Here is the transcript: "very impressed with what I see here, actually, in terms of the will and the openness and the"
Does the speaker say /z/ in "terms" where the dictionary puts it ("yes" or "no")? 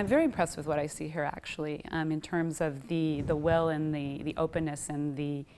yes